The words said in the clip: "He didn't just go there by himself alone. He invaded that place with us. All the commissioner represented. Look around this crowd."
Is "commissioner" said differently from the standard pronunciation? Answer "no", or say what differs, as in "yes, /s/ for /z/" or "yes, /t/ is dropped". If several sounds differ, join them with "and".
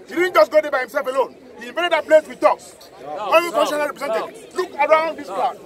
yes, /m/ is dropped